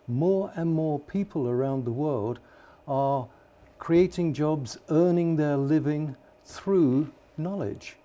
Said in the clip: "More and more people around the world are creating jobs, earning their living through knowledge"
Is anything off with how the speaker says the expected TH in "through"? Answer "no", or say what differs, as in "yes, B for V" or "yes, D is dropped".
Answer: no